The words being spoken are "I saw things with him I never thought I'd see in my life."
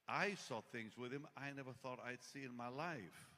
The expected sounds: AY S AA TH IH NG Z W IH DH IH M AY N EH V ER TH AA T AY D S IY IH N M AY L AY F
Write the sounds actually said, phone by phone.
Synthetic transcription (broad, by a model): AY S AA TH IH NG Z W IH DH IH M AY N EH V ER TH AA T AY D S IY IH N M AY L AY F